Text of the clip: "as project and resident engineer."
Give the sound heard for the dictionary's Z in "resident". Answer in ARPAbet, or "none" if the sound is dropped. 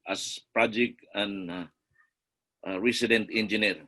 S